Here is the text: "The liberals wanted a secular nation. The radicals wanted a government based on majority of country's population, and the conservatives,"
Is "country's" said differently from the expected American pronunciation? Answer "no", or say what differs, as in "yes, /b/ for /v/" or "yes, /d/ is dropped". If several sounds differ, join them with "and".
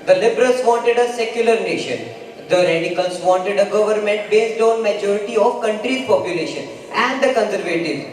yes, /z/ is dropped